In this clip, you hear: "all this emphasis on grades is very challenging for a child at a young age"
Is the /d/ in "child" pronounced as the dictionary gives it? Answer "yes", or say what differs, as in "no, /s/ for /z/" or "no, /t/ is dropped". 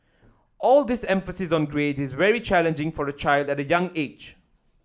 yes